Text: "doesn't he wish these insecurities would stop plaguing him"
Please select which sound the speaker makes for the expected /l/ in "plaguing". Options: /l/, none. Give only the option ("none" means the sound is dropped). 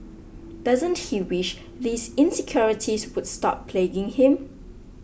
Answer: /l/